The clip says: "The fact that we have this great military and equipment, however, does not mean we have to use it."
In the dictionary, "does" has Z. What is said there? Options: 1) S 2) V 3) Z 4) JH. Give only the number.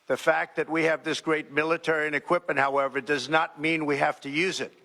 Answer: 3